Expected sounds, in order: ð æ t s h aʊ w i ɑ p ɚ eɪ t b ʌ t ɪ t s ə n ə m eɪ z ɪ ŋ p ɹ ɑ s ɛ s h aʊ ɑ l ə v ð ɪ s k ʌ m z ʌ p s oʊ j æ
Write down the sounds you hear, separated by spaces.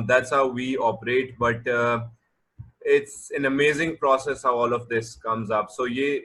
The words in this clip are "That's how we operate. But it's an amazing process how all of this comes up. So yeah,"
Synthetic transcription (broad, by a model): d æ t s h aʊ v i ɑ p ɚ eɪ t b ʌ t ɪ t s ə n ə m eɪ z ɪ ŋ p ɹ ɑ s ɛ s h aʊ ɑ l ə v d ɪ s k ʌ m z ʌ p s oʊ j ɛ